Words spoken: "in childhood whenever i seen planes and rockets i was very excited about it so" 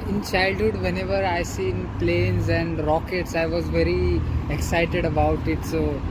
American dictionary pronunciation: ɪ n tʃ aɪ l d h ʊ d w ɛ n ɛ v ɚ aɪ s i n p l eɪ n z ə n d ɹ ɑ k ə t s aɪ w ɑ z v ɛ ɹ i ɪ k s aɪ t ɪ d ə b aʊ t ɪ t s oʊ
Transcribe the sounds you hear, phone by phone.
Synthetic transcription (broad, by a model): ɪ n tʃ aɪ l d h ʊ d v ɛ n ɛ v ɚ aɪ s i n p l eɪ n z ə n d ɹ ɑ k ə t s aɪ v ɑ z v ɛ ɹ i ɪ k s aɪ t ɪ d ə b aʊ t ɪ t s oʊ